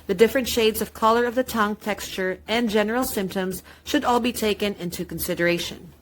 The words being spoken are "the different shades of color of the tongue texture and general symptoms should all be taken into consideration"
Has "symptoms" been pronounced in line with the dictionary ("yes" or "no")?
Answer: yes